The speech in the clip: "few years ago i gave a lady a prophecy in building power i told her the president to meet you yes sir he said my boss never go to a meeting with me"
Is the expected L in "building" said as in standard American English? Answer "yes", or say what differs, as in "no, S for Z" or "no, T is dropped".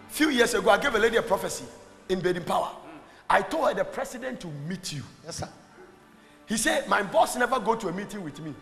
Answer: no, L is dropped